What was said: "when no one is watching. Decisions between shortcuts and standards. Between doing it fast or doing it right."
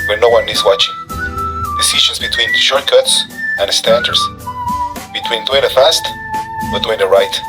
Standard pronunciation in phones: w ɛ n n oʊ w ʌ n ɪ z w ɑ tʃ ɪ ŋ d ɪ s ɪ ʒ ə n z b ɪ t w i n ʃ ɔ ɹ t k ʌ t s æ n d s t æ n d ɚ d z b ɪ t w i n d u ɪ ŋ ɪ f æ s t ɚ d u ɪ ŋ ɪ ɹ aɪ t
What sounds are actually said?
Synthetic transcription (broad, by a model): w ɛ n n oʊ w ʌ n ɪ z w ɑ tʃ ɪ ŋ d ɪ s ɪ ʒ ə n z b ɪ t w i n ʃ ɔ ɹ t k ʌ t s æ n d s t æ n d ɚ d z b ɪ t w i n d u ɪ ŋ ɪ f æ s t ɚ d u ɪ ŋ ɪ ɹ aɪ t